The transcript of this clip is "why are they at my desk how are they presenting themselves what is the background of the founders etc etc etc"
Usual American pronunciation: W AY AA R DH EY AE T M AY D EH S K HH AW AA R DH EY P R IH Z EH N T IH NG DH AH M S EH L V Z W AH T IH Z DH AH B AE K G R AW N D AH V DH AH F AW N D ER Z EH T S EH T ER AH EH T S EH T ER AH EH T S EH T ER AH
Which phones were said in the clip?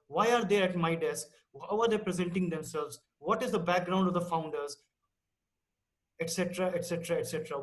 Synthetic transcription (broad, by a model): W AY AA R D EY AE T M AY D EH S K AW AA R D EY P R IH Z EH N T IH NG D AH M S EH L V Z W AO T IH Z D AH B AE K G R AW N D AH V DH AH F AW N D ER Z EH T S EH T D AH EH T S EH T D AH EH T S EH T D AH